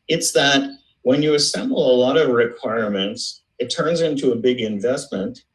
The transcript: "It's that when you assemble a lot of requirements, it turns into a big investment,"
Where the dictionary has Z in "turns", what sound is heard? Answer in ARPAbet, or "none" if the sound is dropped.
Z